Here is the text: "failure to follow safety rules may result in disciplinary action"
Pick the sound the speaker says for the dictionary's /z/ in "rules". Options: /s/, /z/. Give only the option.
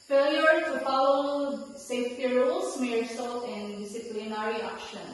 /s/